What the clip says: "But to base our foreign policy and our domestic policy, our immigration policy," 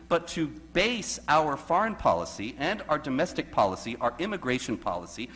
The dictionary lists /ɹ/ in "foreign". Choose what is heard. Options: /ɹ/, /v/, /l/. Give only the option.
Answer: /ɹ/